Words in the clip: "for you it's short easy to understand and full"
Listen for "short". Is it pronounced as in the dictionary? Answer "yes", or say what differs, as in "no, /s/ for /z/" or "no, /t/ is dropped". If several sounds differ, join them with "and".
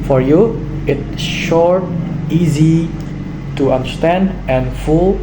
yes